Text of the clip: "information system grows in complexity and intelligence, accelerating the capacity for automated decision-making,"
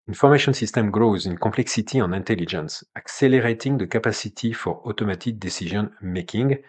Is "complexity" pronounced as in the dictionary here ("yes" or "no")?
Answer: no